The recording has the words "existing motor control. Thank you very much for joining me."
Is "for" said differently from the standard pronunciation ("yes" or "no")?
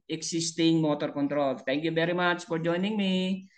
no